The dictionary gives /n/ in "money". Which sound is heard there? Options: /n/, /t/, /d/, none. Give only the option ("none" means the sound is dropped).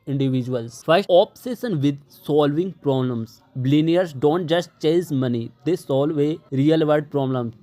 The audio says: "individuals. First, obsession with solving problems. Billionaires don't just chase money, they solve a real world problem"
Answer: /n/